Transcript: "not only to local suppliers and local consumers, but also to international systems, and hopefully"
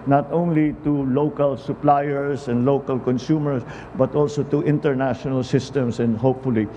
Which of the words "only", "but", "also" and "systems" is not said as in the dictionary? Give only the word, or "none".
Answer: systems